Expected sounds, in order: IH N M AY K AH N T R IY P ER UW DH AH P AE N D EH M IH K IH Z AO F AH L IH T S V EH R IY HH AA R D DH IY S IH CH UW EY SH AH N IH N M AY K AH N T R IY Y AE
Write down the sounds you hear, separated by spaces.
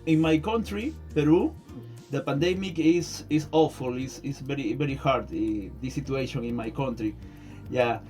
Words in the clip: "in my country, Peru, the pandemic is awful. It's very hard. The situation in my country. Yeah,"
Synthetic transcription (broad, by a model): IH N M AY K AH N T R IY P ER UW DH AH P AE N D EH M IH K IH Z AO F AH L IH S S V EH R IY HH AA R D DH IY S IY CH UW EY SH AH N IH N M AY K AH N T R IY Y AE